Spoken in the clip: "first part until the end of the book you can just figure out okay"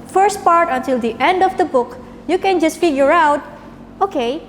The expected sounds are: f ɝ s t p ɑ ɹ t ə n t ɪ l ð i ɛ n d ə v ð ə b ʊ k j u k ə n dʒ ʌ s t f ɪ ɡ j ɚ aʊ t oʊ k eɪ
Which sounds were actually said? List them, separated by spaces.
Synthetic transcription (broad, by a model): f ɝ s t p ɑ ɹ t ə n t ɪ l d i ɛ n d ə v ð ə b ʊ k j u k ə n dʒ ʌ s t f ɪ ɡ j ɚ aʊ t oʊ k eɪ